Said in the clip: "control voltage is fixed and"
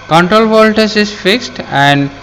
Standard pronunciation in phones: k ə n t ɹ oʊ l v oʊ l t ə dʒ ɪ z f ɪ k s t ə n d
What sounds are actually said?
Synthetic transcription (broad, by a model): k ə n t ɹ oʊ l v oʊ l t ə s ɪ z f ɪ k s t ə n d